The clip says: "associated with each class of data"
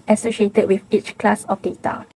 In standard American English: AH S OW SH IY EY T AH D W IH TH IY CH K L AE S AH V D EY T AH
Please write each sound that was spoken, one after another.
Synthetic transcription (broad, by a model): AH S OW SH IY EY T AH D W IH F IY CH K L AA S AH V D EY T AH